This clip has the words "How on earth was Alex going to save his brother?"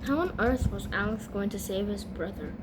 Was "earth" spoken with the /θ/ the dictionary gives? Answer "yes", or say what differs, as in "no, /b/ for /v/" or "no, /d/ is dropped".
yes